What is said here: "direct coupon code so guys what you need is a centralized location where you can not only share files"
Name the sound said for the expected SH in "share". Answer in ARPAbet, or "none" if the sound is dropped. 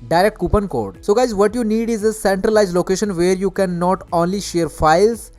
SH